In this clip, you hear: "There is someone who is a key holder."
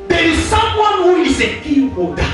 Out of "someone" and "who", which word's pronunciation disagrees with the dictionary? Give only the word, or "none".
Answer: none